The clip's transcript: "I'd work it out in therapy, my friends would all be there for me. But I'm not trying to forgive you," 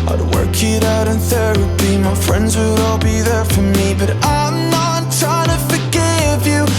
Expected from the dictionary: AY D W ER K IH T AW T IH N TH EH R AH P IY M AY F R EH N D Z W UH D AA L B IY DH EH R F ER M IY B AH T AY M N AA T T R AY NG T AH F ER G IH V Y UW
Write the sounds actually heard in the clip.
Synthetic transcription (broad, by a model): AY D W ER K IH T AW T IH N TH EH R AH B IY M AY F R EH N D Z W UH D AA L B IY DH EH R F ER M IY B AH T AY M N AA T T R AY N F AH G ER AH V Y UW